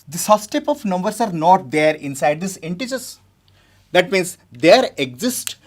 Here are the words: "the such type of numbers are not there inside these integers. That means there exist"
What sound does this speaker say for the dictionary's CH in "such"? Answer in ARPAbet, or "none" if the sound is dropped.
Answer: S